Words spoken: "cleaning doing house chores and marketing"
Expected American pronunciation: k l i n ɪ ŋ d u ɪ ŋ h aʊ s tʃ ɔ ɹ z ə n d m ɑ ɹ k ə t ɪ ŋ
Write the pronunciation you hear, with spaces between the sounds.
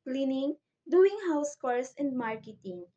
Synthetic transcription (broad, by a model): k l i n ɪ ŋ d u ɪ ŋ h aʊ s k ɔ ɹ s ə n d m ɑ ɹ k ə t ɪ ŋ